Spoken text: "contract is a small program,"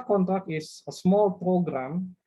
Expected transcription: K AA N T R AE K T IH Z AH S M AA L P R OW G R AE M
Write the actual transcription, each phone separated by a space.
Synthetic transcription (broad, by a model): K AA N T R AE K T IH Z AH S M AA L P R OW G R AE M